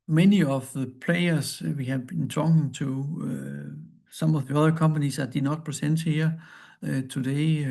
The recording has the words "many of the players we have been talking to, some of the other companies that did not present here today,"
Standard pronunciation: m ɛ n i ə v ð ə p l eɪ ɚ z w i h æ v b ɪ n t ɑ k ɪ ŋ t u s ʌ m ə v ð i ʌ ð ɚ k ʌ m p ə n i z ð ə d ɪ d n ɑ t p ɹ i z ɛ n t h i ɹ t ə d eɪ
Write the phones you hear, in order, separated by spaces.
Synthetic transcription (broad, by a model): m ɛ n i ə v ð ə p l eɪ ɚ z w i h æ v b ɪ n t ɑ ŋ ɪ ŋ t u s ʌ m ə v ð i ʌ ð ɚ k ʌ m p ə n i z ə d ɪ n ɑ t p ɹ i s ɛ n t h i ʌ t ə d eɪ